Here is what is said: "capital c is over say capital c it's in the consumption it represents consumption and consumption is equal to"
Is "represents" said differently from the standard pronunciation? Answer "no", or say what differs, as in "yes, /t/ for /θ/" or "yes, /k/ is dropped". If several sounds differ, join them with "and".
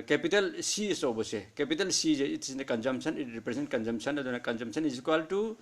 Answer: yes, /s/ is dropped